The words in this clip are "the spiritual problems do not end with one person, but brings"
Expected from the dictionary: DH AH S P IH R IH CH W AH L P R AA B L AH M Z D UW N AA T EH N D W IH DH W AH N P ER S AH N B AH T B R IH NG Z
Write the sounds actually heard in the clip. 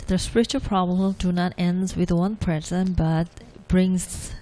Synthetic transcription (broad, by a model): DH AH S P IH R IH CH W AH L P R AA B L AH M D UW N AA T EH N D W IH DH W AH N P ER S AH N B AH T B R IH NG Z